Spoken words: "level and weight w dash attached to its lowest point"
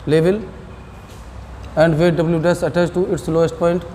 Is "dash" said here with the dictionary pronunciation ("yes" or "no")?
no